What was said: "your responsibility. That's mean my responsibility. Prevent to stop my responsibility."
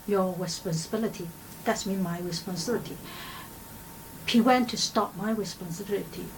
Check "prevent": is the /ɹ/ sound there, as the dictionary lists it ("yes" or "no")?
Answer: no